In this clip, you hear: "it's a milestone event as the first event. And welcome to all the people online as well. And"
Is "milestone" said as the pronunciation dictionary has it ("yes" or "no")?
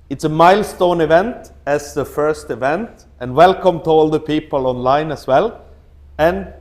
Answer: yes